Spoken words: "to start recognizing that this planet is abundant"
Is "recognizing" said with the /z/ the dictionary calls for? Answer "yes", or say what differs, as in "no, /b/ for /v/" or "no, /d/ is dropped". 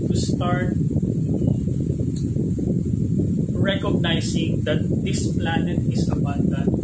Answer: no, /s/ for /z/